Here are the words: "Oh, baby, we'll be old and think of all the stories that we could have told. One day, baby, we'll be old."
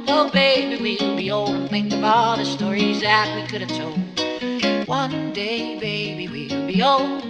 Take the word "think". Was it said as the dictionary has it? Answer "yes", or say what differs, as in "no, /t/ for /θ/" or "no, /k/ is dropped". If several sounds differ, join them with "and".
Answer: no, /k/ is dropped